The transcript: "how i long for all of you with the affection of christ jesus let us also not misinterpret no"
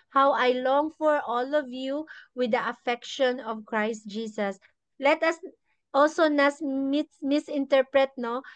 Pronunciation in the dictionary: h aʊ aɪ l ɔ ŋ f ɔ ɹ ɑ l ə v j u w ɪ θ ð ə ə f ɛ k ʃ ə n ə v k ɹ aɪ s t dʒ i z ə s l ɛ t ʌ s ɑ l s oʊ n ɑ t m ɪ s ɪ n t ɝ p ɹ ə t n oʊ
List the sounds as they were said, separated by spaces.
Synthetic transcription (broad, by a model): h aʊ aɪ l ɔ ŋ f ɔ ɹ ɑ l ə v j u w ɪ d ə ə f ɛ k ʃ ə n ə v k ɹ aɪ s t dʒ i s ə s l ɛ t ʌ s ɑ l s oʊ n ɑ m m ɪ s ɪ n t ɝ p ɹ ə t n oʊ